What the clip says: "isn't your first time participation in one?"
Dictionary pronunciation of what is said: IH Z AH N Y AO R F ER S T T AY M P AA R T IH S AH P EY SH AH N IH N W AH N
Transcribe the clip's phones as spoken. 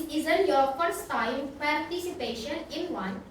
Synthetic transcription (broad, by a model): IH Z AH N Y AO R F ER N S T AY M P AA R T IH S AH P EY SH AH N IH N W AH N